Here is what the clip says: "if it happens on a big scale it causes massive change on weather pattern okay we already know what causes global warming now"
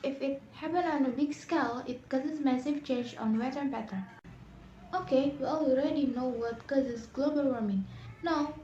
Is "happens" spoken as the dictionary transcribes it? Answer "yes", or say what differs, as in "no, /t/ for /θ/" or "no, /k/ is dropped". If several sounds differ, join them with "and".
no, /z/ is dropped